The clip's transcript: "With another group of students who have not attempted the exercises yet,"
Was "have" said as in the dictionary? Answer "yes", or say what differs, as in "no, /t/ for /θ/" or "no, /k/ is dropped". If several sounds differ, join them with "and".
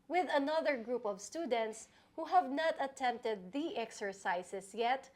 yes